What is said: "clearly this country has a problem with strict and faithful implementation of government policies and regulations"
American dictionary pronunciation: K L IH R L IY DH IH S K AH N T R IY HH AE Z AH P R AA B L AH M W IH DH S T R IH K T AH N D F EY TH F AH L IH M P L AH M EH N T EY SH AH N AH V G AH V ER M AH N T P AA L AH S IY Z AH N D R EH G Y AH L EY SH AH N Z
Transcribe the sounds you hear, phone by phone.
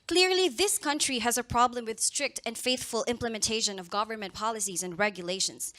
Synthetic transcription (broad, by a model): K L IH R L IY DH IH S K AH N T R IY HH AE Z AH P R AA B L AH M W IH DH S T R IH K T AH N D F EY TH F AH L IH M P L AH M EH N T EY SH AH N AH V G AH V ER M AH N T P AA L AH S IY Z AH N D R EH G Y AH L EY SH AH N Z